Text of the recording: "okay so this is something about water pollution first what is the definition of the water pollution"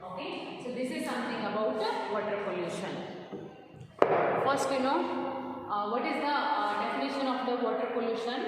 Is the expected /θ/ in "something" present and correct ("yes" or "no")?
no